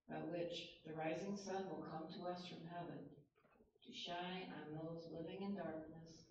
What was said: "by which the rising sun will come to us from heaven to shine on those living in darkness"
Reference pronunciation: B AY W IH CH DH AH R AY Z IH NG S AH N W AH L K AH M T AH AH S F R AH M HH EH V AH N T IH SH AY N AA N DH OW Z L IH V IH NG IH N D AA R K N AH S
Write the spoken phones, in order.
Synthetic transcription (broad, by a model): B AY W IH CH DH AH R AY Z IH NG S AH N W AH L K AH M T AH AH S F R AH M HH EH V AH N T IH SH AY AA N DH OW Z L IH V IH NG IH N D AA R K N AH S